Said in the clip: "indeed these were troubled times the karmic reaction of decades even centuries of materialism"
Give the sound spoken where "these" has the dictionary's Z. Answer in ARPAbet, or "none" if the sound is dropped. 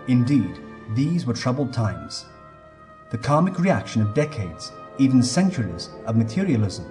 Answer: Z